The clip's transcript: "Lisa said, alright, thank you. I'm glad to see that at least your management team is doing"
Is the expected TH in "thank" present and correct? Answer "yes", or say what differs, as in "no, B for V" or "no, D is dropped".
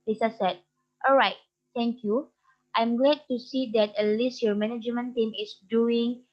no, T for TH